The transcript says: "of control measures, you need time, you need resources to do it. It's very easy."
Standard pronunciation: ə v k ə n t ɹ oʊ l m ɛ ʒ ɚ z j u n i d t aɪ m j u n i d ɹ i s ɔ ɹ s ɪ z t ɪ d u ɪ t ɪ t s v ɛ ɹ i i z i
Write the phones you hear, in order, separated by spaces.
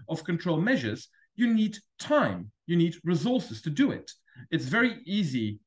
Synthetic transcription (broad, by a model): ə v k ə n t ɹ oʊ l m ɛ ʒ ɚ z j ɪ n i d t aɪ m j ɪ n i d ɹ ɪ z ɔ ɹ s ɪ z t ɪ d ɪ ɪ t ɪ t s v ɛ ɹ i i z i